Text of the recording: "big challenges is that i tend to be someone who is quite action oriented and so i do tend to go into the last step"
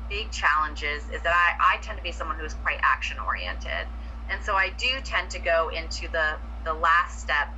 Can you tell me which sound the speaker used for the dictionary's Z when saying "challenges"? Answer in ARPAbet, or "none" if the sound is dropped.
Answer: Z